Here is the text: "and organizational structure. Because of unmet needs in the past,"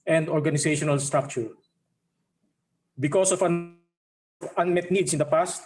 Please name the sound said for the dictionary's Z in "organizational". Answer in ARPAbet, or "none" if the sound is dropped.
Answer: S